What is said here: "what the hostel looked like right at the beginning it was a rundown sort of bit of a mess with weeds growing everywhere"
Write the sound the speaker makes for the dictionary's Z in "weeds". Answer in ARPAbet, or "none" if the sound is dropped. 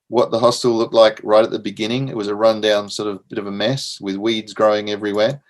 Z